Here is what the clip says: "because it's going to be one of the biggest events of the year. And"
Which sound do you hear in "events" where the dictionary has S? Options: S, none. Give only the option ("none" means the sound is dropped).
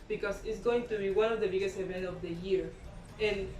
none